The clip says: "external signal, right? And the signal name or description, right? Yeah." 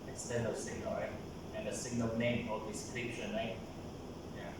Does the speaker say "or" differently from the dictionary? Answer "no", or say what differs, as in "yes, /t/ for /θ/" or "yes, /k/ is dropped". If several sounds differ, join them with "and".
yes, /l/ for /ɹ/